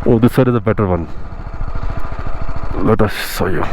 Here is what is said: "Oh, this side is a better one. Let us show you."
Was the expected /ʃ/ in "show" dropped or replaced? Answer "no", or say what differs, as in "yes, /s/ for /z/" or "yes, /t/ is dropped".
yes, /s/ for /ʃ/